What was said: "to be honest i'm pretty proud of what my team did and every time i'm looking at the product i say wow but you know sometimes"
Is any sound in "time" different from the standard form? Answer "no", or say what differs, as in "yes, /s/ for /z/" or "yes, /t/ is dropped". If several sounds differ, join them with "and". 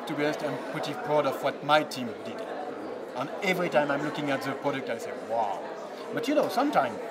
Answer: no